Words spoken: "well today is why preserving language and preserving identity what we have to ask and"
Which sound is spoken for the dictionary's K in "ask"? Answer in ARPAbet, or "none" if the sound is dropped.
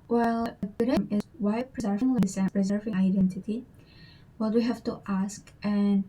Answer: K